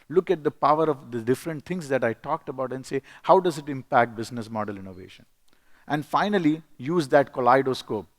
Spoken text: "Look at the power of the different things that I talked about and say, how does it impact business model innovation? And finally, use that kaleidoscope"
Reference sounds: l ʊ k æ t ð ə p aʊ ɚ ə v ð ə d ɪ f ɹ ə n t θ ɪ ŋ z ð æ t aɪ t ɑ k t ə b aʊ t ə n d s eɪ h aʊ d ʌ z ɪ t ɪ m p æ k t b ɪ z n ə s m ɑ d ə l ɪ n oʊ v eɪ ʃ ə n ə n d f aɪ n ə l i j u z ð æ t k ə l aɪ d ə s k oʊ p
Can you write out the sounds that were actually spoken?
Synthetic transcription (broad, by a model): l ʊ k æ t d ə p aʊ ɚ ə v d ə d ɪ f ɹ ə n t t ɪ ŋ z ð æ t aɪ t ɑ k t ə b aʊ t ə n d s eɪ h aʊ d ʌ z ɪ t ɪ m p æ k t b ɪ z n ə s m ɑ d ə l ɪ n oʊ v eɪ ʃ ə n ə n d f aɪ n ə l i j u z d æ t k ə l aɪ d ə s k oʊ p